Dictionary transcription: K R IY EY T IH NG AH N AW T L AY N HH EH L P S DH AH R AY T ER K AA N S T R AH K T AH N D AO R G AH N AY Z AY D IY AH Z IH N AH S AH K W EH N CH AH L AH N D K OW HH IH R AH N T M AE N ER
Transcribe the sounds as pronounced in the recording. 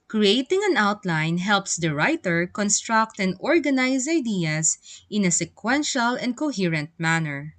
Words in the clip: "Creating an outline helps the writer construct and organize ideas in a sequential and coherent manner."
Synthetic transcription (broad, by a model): K R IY EY T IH NG AH N AW T L AY N HH EH L P S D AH R AY T ER K AA N S T R AH K T AH N D AO R G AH N AY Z AY D IY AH S IH N AH S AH K W EH N SH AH L AH N D K OW HH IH R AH N T M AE N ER